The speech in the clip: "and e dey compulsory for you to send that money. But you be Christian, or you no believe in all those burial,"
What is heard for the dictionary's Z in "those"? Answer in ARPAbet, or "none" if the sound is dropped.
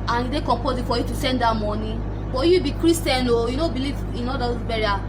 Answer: none